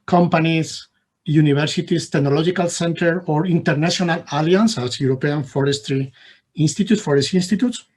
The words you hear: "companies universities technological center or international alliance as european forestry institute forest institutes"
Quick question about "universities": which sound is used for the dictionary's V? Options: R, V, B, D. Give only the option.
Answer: B